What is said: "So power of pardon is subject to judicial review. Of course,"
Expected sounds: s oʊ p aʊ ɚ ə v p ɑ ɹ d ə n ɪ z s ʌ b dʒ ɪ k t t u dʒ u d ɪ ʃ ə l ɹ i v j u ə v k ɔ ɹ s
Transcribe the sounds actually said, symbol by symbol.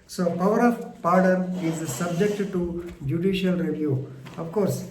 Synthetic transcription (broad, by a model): s oʊ p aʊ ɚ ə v p ɑ ɹ d ə n ɪ z s ʌ b dʒ ɪ k t t u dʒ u d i ʃ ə l ɹ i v j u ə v k ɔ ɹ s